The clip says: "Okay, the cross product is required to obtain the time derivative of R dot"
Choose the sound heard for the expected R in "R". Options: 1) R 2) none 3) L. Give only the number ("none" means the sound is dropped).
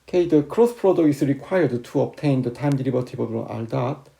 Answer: 3